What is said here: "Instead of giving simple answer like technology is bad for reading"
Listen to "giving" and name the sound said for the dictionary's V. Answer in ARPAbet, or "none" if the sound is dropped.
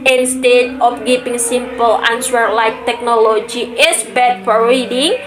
P